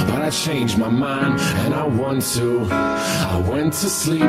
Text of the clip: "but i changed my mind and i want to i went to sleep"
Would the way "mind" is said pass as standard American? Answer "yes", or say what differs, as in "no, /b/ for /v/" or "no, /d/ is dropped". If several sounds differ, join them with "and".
yes